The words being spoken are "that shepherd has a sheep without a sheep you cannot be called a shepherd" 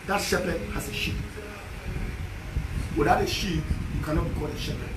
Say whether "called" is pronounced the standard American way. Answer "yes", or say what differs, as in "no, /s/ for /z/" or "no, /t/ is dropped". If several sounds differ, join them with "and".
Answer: no, /l/ is dropped